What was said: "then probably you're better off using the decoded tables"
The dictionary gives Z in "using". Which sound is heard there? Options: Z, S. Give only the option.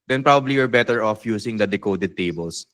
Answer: S